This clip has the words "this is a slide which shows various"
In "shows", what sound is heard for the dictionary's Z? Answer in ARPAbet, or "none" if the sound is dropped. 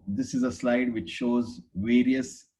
Z